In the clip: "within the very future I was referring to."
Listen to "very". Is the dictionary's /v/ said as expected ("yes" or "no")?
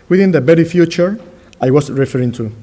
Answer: no